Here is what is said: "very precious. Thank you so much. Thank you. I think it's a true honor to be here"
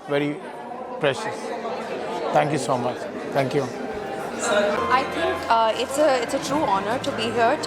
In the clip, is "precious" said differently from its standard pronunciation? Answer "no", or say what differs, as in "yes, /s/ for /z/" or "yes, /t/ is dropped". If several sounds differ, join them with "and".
no